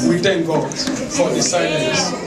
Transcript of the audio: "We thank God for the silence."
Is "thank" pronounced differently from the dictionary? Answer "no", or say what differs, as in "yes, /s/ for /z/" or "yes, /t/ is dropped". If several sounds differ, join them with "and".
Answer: yes, /t/ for /θ/